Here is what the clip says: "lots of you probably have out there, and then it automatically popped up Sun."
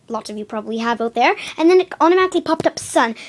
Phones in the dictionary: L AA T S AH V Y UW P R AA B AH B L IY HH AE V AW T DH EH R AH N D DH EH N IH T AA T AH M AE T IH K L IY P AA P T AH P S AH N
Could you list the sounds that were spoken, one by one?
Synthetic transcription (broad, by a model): L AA T S AH V Y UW P R AA B AH B L IY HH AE V AW T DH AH R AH N DH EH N IH T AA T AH M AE T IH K L IY P AA P T AH P S AH N